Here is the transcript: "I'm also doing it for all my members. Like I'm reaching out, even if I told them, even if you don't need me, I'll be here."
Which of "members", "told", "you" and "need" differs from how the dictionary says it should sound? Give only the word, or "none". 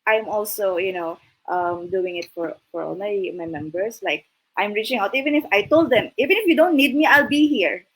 members